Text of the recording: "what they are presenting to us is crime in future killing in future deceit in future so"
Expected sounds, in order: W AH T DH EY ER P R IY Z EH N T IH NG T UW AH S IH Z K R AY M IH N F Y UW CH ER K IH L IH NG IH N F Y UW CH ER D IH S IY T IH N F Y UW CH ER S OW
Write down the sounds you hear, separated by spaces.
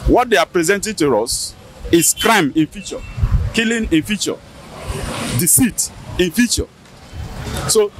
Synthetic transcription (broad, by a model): W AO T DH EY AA P R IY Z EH N T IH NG T UW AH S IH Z K R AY M IH N F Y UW CH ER K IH L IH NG IH N F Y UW CH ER D IH S IY T IH N F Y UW CH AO S OW